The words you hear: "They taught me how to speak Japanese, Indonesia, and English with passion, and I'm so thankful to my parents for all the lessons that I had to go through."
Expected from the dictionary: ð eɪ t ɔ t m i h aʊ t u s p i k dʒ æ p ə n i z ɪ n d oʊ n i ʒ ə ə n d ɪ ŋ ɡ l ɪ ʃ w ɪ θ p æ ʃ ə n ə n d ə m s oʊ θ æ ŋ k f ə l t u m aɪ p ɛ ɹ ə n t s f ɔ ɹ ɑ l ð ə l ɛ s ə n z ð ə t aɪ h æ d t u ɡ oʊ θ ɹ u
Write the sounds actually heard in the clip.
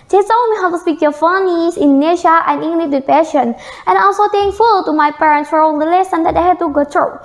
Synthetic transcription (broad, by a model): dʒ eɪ s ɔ m i h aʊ t u s p i k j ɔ f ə n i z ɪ n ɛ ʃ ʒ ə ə n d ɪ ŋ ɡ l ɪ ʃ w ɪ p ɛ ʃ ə n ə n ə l s oʊ t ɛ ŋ f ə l t u m aɪ p ɛ ɹ ə n t s f ɔ ɹ ɑ l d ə l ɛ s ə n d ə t aɪ h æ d t u ɡ oʊ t ɹ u